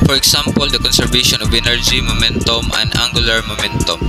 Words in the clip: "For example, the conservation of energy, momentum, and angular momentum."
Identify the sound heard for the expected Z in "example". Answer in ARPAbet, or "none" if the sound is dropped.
S